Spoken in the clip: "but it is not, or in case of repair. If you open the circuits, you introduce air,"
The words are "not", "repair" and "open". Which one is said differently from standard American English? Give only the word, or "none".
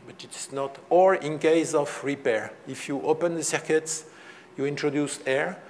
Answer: none